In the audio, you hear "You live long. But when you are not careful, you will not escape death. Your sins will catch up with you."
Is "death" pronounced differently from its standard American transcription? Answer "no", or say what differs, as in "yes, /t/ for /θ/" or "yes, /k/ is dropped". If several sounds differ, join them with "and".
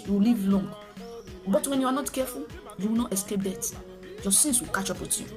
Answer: yes, /t/ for /θ/